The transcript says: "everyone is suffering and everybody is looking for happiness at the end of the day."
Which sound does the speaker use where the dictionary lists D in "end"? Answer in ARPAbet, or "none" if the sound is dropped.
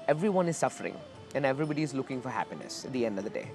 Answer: D